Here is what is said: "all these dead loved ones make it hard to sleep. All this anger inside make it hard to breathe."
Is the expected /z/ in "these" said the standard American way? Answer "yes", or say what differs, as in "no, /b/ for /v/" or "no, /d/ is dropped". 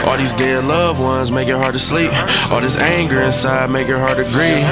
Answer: yes